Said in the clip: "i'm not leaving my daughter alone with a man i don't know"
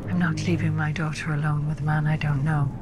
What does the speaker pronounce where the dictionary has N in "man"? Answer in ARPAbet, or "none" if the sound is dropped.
N